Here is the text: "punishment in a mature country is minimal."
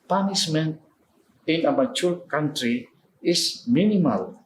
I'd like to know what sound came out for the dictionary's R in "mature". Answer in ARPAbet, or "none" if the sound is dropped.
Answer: L